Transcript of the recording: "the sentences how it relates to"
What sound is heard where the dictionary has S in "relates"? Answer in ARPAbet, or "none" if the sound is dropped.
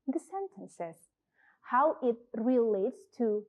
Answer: S